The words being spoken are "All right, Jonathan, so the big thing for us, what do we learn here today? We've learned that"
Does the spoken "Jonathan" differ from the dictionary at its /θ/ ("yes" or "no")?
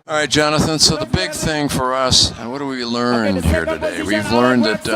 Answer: no